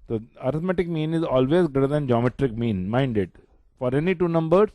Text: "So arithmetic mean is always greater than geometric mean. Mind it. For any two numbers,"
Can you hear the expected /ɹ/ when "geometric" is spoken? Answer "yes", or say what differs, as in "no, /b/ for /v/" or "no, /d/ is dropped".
yes